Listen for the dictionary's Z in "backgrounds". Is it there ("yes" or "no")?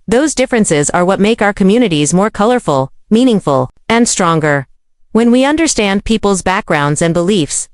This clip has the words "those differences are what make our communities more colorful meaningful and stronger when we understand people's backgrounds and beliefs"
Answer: yes